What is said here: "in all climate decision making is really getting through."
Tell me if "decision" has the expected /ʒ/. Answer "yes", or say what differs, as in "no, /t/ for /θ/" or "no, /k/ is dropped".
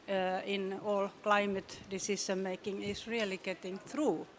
no, /ʃ/ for /ʒ/